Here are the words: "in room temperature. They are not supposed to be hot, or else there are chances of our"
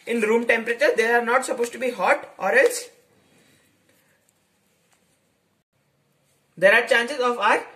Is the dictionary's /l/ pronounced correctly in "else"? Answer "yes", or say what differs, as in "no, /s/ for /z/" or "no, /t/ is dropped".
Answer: yes